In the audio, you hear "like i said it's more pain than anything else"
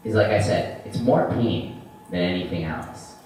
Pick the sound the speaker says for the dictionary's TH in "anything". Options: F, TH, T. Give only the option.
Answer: TH